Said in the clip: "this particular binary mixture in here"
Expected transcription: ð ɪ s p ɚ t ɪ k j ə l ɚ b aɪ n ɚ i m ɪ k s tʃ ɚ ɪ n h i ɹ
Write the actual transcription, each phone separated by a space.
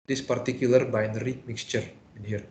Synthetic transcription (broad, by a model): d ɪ s p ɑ t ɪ k j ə l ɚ b aɪ n ɚ i m ɪ k s tʃ ɚ ɪ n h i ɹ